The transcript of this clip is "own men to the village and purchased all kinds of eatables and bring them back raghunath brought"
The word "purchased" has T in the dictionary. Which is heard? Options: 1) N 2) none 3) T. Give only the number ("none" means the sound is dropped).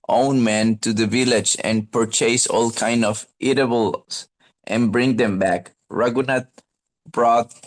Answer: 2